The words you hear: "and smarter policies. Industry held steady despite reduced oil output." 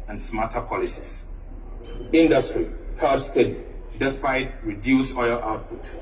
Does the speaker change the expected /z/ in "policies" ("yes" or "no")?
yes